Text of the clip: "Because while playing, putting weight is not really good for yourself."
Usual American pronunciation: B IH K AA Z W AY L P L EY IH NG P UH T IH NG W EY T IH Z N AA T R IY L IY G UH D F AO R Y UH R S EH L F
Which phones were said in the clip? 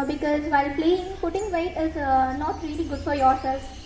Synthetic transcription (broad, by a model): B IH K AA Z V AY L P L EY IH NG F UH T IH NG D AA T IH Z N AA T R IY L IY G UH D F AO R Y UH R S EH L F